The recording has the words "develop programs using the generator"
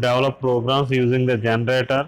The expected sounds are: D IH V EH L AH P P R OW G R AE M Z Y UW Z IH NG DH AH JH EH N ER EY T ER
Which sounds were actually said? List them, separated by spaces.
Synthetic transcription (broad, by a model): D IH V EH L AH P P R OW G R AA M S Y UW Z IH NG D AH JH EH N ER EY T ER